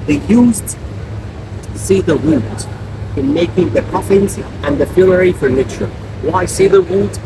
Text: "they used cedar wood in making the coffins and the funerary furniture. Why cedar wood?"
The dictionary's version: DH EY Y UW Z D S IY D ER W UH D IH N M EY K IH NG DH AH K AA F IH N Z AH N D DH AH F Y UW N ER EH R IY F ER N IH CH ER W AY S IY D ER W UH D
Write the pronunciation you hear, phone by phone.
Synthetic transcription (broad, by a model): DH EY Y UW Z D S IY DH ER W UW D IH N M EY K IH NG DH AH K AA F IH N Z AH N DH AH F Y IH L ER R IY F ER N IH CH ER W AY S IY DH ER W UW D